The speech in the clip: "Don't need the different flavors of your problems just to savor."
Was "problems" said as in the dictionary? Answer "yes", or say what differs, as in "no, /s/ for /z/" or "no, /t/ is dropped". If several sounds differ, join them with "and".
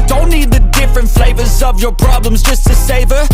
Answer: yes